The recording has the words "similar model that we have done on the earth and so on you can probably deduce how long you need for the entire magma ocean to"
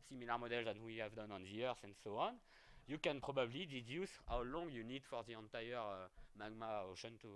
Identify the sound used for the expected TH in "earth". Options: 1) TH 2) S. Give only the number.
2